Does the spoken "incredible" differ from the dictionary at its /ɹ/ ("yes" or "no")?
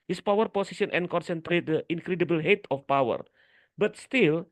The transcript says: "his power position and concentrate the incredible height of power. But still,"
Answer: no